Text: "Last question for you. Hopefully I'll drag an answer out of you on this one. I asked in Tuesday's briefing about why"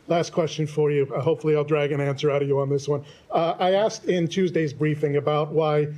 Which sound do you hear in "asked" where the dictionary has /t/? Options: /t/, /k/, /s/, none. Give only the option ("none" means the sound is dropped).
/t/